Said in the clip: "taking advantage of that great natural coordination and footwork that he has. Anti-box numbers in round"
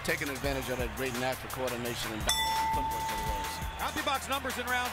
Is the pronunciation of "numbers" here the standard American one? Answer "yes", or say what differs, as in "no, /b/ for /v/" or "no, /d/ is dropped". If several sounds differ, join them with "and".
yes